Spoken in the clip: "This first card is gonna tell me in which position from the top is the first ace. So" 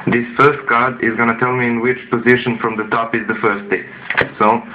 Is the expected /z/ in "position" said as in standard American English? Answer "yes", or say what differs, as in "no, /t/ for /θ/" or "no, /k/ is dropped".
yes